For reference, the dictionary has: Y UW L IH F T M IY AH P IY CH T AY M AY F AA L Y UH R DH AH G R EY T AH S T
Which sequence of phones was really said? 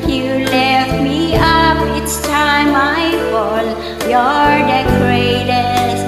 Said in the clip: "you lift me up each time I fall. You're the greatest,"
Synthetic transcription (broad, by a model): Y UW L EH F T M IY AH P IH S T AY M AY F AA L Y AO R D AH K R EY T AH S